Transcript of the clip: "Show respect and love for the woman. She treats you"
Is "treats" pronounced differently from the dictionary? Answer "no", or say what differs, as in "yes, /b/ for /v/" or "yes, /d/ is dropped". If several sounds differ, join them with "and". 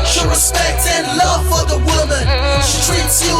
no